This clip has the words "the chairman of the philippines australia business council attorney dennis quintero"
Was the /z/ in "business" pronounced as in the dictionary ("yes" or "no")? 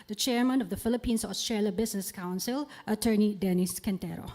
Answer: no